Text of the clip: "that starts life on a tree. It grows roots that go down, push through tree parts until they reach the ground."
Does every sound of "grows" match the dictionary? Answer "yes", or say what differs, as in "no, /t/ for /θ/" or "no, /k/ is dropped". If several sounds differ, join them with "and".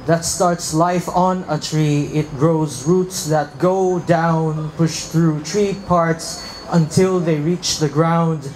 yes